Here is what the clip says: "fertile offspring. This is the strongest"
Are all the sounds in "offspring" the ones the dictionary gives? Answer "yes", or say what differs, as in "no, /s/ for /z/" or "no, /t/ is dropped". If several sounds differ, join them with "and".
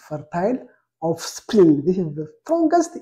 no, /l/ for /ɹ/